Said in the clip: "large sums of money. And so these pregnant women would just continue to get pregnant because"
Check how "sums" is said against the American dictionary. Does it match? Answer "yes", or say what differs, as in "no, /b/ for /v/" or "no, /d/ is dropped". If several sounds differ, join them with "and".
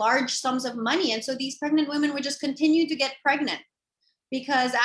yes